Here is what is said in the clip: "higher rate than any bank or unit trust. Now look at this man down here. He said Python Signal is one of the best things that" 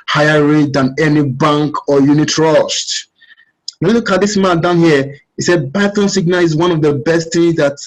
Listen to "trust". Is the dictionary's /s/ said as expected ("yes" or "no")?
no